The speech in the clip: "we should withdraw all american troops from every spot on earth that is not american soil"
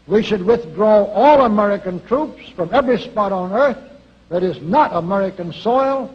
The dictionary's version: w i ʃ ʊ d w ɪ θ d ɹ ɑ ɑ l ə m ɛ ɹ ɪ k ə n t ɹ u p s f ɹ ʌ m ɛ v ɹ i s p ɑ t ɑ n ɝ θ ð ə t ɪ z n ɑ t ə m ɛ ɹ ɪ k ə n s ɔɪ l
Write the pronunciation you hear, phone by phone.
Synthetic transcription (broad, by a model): w i ʃ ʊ d w ɪ θ d ɹ ɑ ɑ l ə m ɛ ɹ ɪ k ə n t ɹ u p s f ɹ ʌ m ɛ v ɹ i s p ɑ t n ɝ θ ð ə t ɪ z n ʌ t ə m ɛ ɹ ɪ k ə n s ɔɪ l